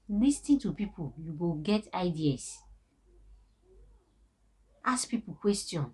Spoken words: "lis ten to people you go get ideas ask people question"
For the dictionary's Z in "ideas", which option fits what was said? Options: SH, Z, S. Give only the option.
S